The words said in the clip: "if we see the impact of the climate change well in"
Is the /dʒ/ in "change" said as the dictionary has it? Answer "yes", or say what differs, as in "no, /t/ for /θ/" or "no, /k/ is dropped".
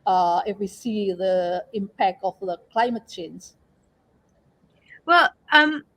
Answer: no, /z/ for /dʒ/